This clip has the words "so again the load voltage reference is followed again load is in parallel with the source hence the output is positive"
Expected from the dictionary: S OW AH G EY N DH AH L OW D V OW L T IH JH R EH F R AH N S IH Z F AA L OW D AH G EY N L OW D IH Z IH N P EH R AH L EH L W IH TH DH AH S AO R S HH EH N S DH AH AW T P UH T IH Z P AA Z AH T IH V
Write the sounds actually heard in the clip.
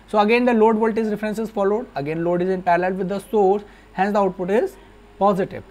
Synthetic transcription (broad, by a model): S OW AH G EY N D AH L OW D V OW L T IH Z R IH F R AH N S IH Z F AA L OW D AH G EY N L OW D IH Z IH N P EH R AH L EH L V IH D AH S AO R S HH EH N S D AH AW T P UH T IH Z P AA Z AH T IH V